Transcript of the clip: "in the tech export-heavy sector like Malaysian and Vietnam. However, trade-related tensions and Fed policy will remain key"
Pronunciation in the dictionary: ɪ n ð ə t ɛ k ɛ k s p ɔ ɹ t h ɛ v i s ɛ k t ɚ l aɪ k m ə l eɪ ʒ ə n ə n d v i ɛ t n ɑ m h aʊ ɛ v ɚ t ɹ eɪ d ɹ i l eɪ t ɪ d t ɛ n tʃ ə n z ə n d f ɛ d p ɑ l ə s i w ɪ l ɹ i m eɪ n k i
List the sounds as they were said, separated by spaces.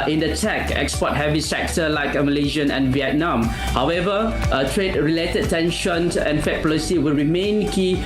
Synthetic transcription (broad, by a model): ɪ n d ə t ɛ k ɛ k s p ɔ t h ɛ v i s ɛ k t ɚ l aɪ k m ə l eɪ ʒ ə n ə n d v i ɛ t n ɑ m h aʊ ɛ v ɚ t ɹ eɪ d ɹ i l eɪ t ɪ d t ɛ n ʃ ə n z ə n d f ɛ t p ɑ l ə s i w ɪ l ɹ i m eɪ n k i